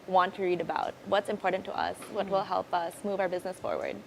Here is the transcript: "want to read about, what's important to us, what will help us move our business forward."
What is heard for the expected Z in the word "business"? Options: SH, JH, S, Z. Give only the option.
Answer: Z